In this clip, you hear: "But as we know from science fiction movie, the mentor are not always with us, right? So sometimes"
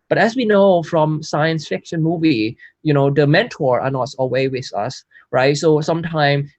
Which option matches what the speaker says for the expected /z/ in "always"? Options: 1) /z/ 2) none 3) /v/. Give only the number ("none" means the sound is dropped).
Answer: 2